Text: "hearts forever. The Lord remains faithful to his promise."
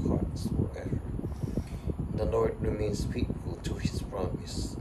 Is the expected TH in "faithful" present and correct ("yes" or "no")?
no